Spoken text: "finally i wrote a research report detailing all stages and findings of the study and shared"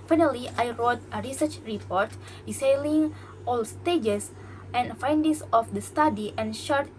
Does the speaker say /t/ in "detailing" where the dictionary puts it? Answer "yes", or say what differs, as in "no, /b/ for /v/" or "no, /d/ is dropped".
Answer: no, /s/ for /t/